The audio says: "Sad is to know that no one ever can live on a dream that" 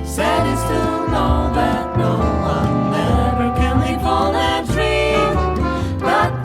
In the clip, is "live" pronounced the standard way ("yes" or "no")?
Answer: no